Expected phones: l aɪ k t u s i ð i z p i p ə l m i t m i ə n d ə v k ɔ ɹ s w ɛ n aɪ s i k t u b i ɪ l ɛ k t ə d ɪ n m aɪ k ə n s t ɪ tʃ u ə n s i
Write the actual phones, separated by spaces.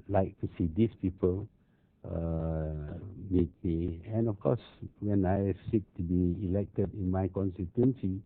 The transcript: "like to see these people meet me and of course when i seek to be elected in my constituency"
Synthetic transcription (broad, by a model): l aɪ k t u s i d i s p i p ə l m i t m i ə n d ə f k ɔ s w ɛ n aɪ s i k t u b i ɪ l ɛ k t ə d ɪ n m aɪ k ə n s t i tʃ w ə n s i